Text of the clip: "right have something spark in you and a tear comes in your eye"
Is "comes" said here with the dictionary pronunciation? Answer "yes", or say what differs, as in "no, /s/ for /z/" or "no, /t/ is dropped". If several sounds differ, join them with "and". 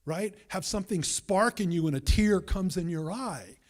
yes